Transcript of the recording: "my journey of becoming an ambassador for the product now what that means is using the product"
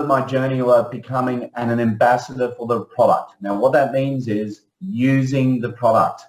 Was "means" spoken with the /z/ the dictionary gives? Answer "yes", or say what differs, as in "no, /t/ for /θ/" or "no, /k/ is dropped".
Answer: yes